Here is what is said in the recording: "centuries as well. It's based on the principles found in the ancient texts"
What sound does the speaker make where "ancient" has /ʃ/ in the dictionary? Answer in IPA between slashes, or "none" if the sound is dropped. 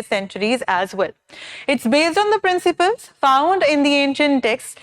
/ʃ/